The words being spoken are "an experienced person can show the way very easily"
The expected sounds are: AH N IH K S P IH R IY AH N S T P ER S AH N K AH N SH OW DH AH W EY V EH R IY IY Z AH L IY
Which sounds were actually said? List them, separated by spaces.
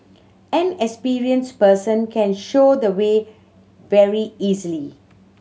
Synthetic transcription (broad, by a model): AH N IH K S P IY R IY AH N S P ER S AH N K AH N SH OW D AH W EY V EH R IY IY Z AH L IY